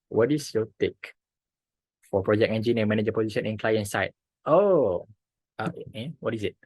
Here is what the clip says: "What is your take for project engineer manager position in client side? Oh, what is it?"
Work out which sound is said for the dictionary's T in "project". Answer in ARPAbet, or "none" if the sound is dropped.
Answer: none